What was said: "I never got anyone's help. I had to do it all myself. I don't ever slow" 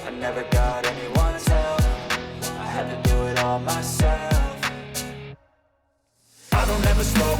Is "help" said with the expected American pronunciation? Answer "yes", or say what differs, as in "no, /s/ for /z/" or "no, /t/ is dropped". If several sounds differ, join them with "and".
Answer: no, /f/ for /p/